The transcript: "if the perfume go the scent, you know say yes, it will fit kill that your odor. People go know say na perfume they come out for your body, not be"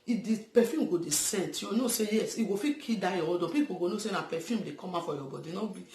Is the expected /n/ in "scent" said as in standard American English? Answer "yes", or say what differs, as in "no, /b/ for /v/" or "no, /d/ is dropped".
yes